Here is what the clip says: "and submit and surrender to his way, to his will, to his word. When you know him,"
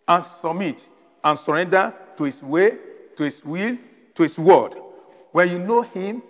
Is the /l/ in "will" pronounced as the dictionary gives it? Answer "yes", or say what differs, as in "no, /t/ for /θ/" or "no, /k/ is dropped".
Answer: yes